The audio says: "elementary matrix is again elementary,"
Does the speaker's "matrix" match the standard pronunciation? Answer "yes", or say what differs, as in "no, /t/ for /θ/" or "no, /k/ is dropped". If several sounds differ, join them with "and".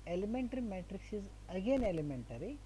yes